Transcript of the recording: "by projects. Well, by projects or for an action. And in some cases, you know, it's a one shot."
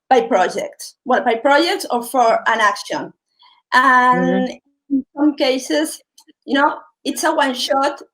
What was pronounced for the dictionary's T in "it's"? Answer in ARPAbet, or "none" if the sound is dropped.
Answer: T